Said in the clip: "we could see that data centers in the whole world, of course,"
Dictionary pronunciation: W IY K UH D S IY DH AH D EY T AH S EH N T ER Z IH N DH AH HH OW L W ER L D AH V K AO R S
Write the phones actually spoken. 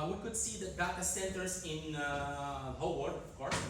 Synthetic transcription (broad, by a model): W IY K UH D S IY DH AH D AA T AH S EH N T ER S IH N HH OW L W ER D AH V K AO R S